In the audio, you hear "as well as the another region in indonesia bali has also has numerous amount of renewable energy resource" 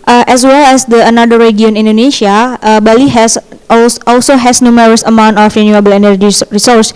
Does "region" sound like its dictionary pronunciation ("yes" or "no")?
no